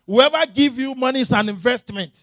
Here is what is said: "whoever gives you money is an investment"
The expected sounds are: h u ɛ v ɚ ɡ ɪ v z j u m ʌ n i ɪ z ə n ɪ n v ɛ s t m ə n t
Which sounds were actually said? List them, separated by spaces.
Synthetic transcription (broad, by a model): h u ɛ v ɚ ɡ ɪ v j u m ʌ n i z ə n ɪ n v ɛ s t m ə n t